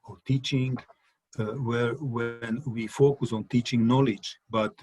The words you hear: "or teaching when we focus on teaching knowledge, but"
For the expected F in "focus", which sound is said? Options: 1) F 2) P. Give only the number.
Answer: 1